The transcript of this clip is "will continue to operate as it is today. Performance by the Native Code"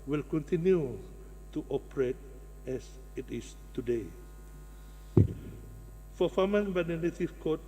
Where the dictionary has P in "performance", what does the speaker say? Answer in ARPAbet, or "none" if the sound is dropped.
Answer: F